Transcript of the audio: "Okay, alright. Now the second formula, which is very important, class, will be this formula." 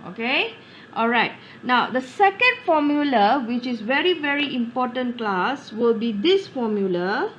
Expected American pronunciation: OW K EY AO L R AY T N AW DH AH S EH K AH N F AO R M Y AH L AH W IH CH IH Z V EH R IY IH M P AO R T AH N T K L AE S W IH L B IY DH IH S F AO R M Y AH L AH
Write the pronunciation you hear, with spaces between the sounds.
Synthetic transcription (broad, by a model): OW K EY AO L R AY T N AW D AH S EH K AH N F AO M Y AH L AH W IH CH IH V V EH R IY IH M P AO T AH N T K L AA S W IH L B IY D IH S F AO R M Y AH L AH